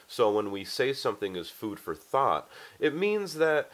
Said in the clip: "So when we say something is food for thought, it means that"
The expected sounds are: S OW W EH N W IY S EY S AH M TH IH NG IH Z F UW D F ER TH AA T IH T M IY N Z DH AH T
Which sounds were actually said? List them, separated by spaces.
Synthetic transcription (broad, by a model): S OW W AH N W IY S EY S AH M TH IH NG IH Z F UW D F ER TH AA T IH T M IY N Z DH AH T